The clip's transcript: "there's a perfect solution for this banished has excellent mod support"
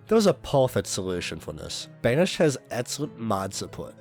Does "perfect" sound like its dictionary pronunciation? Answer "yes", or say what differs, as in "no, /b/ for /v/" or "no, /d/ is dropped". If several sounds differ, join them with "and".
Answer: no, /k/ is dropped